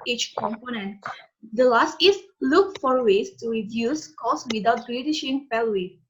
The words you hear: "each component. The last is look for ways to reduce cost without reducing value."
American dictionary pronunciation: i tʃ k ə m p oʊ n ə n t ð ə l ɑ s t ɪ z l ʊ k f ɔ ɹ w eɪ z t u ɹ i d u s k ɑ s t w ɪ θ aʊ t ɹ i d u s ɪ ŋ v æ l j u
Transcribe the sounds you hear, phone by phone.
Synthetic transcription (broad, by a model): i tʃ k ə m p oʊ n ə n t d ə l ɑ s t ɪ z l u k f ɔ ɹ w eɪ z t u ɹ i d u s k ɑ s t w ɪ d aʊ t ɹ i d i ʃ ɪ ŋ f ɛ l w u